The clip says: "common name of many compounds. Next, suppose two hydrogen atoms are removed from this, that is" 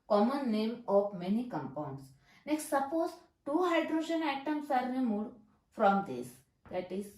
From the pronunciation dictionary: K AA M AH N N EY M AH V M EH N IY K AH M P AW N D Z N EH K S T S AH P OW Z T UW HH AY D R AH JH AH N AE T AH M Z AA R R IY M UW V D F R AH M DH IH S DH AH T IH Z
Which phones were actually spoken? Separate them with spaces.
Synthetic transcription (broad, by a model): K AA M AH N N EY M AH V M EH N IY K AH M P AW N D S N EH K S T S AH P OW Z T UW HH AY D R AH JH AH N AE T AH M S AA R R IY M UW D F R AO M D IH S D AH T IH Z